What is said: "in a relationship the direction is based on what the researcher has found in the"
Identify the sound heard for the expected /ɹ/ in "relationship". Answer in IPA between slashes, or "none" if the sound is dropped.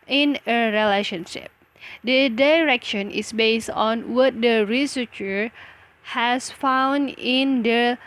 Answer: /ɹ/